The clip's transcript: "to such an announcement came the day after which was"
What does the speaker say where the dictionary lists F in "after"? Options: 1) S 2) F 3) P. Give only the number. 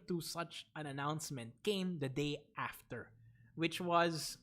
2